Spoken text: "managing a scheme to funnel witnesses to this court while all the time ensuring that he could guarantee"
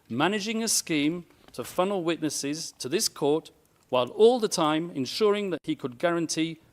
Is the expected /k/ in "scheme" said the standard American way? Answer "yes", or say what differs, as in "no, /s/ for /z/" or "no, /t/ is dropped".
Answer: yes